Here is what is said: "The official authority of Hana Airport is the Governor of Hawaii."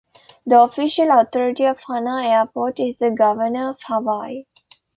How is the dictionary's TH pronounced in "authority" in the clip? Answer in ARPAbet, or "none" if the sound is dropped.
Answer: T